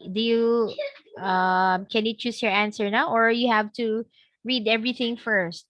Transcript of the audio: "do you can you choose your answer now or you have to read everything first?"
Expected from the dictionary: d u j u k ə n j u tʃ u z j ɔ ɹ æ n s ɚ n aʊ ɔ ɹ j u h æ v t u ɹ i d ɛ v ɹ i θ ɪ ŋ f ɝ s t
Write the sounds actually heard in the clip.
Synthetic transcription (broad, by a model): d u j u k ə n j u tʃ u s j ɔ ɹ æ n s ɚ n aʊ ɔ ɹ j u h æ v t u ɹ i d ɛ v ɹ i θ ɪ ŋ f ɝ s t